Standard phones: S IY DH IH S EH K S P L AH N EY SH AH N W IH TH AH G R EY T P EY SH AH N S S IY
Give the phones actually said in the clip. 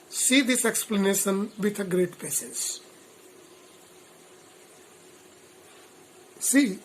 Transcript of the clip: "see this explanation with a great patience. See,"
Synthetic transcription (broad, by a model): S IY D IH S EH K S P L AH N EY SH AH N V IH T AH G R EY T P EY S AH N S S IY